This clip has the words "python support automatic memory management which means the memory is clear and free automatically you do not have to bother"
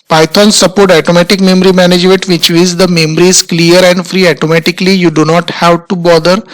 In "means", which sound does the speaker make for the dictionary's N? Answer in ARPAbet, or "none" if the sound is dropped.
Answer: none